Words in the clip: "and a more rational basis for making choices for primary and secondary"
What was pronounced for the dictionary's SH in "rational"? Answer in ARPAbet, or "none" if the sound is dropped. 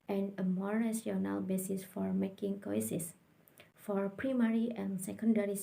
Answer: none